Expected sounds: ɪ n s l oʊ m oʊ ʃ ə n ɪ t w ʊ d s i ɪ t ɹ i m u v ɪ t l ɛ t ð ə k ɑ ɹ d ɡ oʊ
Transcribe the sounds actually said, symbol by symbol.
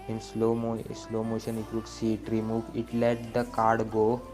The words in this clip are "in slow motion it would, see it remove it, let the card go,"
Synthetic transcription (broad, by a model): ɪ n s l oʊ m oʊ ʃ ə n ɪ t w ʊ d s i t ɹ i m u v ɪ t l ɛ t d ə k ɑ ɹ d ɡ oʊ